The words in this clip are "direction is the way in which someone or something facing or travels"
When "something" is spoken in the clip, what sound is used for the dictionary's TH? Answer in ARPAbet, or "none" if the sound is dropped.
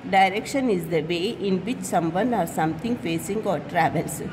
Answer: T